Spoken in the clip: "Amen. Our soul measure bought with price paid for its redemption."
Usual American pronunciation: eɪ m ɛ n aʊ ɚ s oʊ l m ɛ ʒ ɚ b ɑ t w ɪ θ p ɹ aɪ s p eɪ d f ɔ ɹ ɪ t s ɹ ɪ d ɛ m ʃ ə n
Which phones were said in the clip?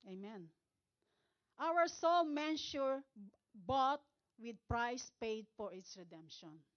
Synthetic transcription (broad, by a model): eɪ m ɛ n aʊ ɚ s oʊ l m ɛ ʃ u b ɑ t w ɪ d p ɹ aɪ s p eɪ d f ɔ ɹ ɪ t s ɹ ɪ d ɛ m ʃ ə n